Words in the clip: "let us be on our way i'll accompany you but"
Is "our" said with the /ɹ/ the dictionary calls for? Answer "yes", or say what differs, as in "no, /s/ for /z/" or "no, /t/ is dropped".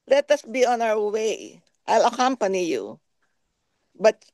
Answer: no, /w/ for /ɹ/